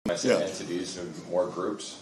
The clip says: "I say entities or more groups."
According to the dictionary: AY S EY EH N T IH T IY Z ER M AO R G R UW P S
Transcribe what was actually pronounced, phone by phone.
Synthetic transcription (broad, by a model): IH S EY EH N T IH T IY Z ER M AO R G R UW P S